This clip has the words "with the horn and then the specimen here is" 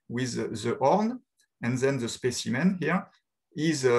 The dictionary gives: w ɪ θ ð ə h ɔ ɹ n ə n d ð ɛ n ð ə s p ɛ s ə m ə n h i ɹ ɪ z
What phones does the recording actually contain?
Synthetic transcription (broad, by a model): w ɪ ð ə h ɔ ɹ n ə n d ð ɛ n ð ə s p ɛ s ə m ə n h i ɹ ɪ z